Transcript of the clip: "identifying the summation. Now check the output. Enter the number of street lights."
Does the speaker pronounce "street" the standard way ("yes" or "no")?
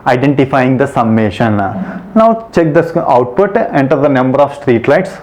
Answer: yes